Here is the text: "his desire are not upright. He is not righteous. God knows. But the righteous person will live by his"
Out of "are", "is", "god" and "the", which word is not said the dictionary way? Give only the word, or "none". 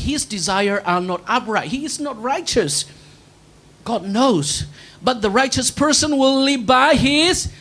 none